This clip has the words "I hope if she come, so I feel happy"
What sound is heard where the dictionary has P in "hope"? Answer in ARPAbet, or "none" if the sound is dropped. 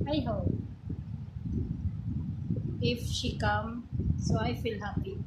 none